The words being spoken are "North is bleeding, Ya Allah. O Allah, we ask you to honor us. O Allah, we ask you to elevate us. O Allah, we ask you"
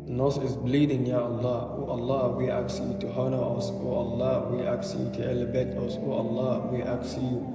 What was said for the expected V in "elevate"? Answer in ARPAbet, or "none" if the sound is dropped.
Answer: B